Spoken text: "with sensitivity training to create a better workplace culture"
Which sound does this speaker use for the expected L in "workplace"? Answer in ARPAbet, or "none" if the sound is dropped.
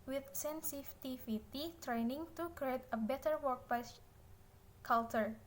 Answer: none